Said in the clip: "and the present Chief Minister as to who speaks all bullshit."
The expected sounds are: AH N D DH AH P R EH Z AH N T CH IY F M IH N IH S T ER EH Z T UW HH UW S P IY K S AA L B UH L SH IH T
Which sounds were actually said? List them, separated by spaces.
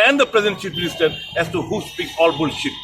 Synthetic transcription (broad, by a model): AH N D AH P R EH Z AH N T SH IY P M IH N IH S T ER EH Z T UW HH UW S P IY K S AA L B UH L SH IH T